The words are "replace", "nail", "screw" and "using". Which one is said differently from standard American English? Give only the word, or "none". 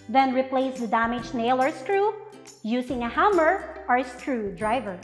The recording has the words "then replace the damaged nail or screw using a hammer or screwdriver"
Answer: using